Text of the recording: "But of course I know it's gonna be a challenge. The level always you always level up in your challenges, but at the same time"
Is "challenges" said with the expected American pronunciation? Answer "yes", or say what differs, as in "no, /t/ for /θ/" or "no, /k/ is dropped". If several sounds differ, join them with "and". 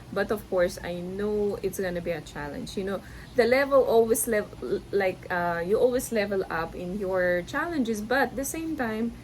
no, /s/ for /z/